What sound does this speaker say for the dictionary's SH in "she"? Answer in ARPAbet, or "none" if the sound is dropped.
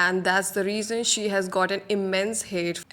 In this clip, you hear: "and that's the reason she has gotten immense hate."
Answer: SH